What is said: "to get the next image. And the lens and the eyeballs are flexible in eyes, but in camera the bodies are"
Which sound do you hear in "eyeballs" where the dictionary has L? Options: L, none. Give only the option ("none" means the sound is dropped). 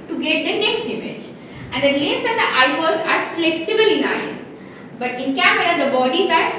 none